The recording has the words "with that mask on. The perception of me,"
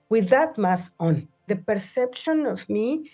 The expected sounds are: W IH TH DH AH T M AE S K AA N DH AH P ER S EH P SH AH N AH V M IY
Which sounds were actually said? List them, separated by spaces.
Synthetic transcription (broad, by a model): W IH DH AH T M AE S AA N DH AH P ER S EH P SH AH N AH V M IY